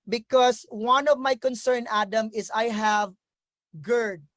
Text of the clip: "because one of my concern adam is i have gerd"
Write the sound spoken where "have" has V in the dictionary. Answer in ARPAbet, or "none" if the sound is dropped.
V